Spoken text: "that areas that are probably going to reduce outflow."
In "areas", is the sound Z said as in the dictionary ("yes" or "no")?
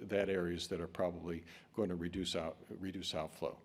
yes